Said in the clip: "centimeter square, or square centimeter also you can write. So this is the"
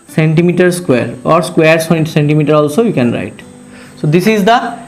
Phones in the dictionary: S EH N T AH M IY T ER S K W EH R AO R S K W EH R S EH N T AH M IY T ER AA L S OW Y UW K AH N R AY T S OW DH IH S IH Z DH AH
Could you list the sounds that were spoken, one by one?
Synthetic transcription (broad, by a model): S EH N T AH M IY T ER S K W EH R AO R S K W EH R S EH N T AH M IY T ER AA L S OW Y UW K AH N R AY T S OW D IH S IH Z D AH